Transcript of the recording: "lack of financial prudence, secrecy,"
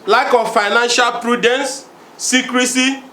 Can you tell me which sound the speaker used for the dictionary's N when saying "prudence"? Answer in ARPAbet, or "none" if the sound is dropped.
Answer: N